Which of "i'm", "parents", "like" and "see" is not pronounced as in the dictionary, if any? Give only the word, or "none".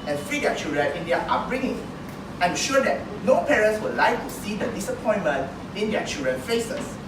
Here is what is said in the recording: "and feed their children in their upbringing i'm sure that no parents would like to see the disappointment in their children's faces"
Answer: none